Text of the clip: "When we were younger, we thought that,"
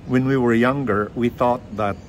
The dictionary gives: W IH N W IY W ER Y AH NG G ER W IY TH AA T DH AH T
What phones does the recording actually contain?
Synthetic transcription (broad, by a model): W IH N W IY W ER Y AH NG G ER W IY TH AA T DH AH T